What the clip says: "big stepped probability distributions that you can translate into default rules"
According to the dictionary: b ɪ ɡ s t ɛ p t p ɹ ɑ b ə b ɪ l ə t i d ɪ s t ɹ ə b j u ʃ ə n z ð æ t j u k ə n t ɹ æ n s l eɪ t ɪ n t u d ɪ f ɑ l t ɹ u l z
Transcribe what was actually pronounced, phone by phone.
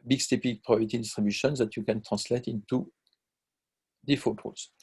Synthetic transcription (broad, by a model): b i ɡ s t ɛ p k p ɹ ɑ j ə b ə t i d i s t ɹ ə b j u ʃ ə n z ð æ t j u k ə n t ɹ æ s l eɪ t ɪ n t u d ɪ f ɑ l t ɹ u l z